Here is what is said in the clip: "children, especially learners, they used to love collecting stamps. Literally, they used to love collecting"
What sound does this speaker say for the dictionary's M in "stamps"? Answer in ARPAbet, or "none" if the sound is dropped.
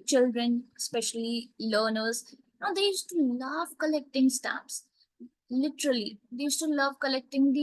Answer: none